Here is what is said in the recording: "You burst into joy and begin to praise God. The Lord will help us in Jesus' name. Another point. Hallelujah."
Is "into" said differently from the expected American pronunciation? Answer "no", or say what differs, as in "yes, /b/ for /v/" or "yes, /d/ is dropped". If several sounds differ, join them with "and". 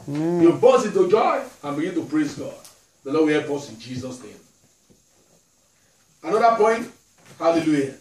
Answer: yes, /n/ is dropped